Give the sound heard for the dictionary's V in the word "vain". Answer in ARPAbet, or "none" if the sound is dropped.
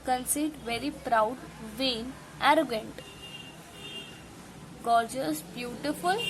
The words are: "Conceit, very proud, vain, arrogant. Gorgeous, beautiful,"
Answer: V